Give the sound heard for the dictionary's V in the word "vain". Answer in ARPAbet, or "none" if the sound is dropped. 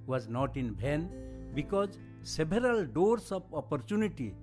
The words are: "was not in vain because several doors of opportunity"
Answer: B